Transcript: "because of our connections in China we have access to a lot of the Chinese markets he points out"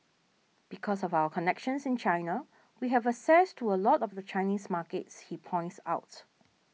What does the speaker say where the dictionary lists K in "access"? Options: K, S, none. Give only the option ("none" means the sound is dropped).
none